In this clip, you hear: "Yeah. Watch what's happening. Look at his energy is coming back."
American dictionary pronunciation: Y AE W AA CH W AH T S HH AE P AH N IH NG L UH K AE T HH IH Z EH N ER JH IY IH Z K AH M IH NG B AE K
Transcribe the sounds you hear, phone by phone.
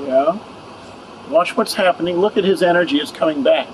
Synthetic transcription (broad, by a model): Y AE W AA CH W AH T S HH AE P AH N IH NG L UH K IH T HH IH Z EH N ER JH IY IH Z K AH M IH NG B AE K